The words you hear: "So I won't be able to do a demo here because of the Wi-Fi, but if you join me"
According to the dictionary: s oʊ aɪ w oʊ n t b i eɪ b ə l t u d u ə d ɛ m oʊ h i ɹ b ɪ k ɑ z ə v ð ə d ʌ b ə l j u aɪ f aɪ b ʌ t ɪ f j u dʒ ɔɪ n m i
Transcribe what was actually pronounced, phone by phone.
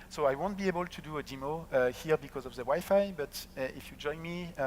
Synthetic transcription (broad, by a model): s oʊ aɪ w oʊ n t b i eɪ b ə l t u d u ə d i m oʊ h i ɹ b ɪ k ɑ z ə v ð ə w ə j f aɪ b ʌ t ɪ f j u dʒ ɔɪ n m i